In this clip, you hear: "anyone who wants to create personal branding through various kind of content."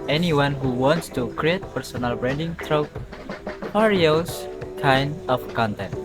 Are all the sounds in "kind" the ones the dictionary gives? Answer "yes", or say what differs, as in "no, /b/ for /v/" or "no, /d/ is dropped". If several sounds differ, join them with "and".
no, /d/ is dropped